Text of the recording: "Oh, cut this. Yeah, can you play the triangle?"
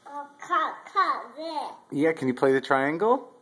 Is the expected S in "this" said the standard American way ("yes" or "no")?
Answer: no